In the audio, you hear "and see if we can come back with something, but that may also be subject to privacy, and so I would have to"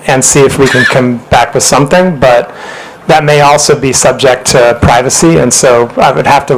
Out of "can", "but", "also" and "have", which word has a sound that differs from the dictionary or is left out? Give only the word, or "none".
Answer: have